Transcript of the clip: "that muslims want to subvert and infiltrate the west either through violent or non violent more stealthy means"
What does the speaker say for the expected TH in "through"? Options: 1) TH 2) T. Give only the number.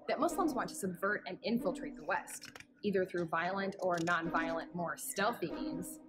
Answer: 1